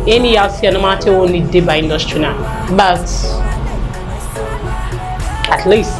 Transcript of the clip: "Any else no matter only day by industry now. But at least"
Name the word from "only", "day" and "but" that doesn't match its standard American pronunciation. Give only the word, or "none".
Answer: only